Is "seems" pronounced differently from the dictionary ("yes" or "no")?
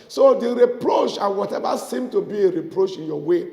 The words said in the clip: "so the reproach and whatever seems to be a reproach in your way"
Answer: yes